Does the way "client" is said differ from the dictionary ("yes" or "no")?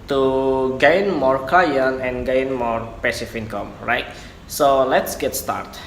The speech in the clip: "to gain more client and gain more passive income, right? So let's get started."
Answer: yes